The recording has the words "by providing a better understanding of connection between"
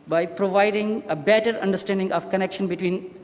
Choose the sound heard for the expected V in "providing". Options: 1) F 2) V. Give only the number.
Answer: 2